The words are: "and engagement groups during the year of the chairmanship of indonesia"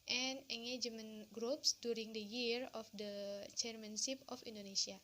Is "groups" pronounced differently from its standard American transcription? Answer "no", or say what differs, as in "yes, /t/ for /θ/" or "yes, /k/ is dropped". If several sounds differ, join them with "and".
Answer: no